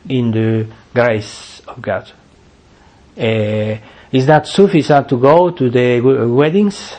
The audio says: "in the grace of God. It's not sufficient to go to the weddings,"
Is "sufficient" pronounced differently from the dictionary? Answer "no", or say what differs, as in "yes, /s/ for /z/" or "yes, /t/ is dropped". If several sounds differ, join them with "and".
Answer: yes, /s/ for /ʃ/